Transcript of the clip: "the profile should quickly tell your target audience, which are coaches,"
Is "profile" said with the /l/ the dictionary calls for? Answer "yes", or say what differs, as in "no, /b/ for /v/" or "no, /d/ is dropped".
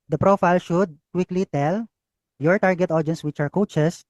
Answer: yes